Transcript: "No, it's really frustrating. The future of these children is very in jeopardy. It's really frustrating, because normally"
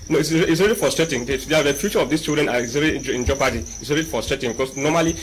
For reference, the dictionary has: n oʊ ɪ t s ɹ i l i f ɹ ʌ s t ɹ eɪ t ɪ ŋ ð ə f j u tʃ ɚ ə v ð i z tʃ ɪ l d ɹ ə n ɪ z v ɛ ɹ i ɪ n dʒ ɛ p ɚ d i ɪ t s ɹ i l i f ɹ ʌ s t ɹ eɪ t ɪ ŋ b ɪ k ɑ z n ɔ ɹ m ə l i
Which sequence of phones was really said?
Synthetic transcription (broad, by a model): n oʊ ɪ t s ɹ i l i f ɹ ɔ s t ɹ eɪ t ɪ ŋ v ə f j u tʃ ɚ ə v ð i s tʃ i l d ɹ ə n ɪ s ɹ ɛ l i ɪ n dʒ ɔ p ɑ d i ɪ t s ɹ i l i f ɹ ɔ s t ɹ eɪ t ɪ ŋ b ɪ k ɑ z n ɔ m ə l i